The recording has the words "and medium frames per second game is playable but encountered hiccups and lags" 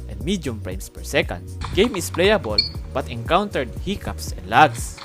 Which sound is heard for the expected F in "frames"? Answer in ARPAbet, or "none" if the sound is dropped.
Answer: P